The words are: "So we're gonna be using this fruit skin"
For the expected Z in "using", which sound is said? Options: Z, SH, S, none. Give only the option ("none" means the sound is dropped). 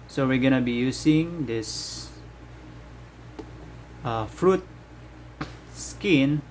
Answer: S